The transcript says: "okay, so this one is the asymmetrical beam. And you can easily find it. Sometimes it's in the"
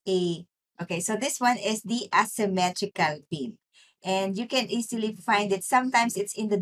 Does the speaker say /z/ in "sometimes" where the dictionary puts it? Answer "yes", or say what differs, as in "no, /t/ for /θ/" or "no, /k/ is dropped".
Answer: no, /s/ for /z/